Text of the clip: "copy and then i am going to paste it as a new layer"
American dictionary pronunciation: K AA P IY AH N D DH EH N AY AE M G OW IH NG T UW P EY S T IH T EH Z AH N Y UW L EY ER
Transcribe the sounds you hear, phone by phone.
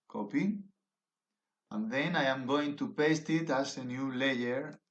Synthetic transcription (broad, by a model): K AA P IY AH N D DH EH N AY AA M G OW IH NG T UW P EY S T IH T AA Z AH N Y UW L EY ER